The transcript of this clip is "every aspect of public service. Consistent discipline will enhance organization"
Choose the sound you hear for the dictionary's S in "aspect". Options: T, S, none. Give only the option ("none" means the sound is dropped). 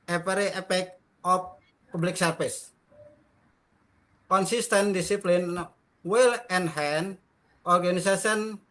none